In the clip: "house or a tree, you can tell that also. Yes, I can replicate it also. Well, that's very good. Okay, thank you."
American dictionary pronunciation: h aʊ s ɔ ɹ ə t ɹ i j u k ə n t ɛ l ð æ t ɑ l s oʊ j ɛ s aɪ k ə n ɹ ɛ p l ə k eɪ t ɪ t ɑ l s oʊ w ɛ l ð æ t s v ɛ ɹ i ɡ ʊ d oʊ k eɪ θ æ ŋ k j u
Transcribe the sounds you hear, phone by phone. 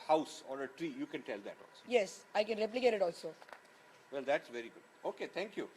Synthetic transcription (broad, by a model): h aʊ s ɔ ɹ ə t ɹ i j u k ə n t ɛ l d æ t ɑ l s oʊ j ɛ s aɪ k ə n ɹ ɛ p l ə k eɪ t ɪ t ɑ l s oʊ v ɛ l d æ t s v ɛ ɹ i ɡ ʊ d oʊ k eɪ t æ ŋ k j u